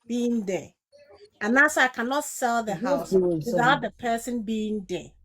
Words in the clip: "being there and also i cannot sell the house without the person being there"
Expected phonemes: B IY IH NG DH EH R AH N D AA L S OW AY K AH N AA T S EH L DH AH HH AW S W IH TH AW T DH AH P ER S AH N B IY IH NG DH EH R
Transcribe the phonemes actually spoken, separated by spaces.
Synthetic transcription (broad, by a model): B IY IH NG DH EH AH N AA S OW AY K AH N AA T S EH L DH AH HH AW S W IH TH AW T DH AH P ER S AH N B IY IH NG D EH